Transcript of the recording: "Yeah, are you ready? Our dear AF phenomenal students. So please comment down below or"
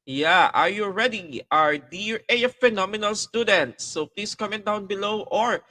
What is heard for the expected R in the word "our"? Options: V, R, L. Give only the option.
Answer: R